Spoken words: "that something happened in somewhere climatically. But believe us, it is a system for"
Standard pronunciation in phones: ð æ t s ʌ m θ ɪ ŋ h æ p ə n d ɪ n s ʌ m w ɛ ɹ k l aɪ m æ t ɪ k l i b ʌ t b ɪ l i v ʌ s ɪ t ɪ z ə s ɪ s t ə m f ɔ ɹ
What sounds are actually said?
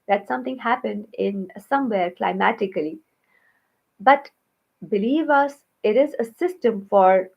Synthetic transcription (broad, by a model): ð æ t s ʌ m t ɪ ŋ h æ p ə n d ɪ n s ʌ m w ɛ ɹ k l aɪ m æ t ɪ k l i b ʌ t b ɪ l i v ʌ s ɪ t ɪ z ə s ɪ s t ə m f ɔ ɹ